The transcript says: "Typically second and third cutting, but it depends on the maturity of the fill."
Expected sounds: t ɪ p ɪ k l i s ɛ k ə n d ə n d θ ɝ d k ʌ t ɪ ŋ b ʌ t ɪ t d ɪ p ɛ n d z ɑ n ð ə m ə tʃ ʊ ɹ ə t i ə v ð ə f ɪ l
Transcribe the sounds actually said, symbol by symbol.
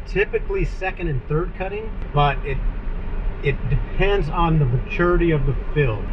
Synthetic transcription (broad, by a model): t ɪ p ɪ k l i s ɛ k ə n d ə n θ ɝ d k ʌ t ɪ ŋ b ʌ t ɪ t d ɪ p ɛ n d z n ð ə m ə tʃ ʊ ɹ ə t i ə v ð ə f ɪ l